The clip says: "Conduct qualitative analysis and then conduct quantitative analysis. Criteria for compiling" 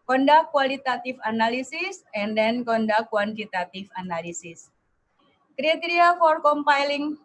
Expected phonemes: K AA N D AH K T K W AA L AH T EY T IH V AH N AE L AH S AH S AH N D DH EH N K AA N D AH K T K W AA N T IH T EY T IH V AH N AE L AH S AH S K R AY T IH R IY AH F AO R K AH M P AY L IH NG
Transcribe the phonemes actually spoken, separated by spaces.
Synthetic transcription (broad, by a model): K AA N D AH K K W AA L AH T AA T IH F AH N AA L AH S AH S AH N D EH N K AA N D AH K K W AA N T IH T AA T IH F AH N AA L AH S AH S K R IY T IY R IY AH F AO R K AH M P AY L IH NG